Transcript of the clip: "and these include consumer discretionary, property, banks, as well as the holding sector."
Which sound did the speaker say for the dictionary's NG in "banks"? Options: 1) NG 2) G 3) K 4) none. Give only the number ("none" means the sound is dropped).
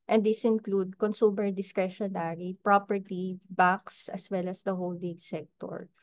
4